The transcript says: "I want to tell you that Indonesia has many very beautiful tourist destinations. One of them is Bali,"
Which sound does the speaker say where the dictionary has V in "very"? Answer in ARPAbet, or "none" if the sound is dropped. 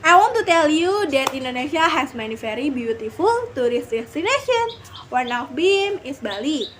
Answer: F